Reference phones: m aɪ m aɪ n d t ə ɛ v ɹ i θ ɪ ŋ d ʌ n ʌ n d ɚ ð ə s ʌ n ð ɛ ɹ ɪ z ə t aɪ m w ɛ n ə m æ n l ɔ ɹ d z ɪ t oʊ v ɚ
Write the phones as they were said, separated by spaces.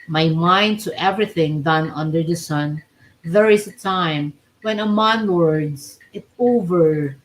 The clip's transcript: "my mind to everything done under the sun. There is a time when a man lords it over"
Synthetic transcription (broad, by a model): m aɪ m aɪ n d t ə ɛ v ɹ i θ ɪ ŋ d ʌ n ʌ n d ɚ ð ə s ʌ n ð ɛ ɹ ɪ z ə t aɪ m w ɛ n ə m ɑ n w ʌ ɹ d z ɪ t oʊ v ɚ